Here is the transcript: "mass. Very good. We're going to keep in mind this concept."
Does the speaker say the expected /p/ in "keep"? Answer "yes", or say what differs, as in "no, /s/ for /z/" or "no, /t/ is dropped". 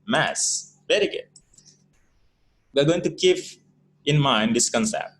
no, /f/ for /p/